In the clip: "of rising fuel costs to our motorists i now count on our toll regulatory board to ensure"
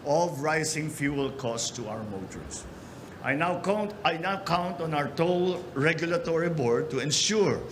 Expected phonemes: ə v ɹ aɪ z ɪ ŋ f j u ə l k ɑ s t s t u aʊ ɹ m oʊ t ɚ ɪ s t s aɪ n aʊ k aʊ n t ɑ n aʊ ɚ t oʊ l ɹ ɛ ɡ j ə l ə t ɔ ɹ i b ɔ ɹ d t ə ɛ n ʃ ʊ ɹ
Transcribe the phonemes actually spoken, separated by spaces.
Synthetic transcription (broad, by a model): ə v ɹ aɪ s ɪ ŋ f j u ə l k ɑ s s t u aʊ ɹ m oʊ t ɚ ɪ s t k aɪ n aʊ k aʊ n t ɑ n aʊ ɚ t oʊ l ɹ ɛ ɡ j ə l ə t ɔ ɹ i b ɔ ɹ d t ə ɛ n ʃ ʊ ɹ